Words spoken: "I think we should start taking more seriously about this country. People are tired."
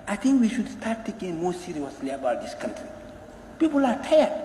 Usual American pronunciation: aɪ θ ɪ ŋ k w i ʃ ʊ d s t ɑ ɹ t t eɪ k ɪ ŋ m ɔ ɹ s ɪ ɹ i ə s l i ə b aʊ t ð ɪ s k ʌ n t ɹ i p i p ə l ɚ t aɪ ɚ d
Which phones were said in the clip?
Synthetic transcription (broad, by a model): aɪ t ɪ ŋ k w i ʃ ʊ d s t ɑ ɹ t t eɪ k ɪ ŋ m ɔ s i ɹ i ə s l i ə b aʊ t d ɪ s k ʌ n t ɹ i p i p ə l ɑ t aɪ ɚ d